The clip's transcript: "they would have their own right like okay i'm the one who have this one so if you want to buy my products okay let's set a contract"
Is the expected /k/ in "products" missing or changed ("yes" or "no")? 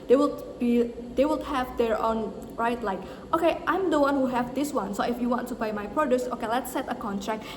yes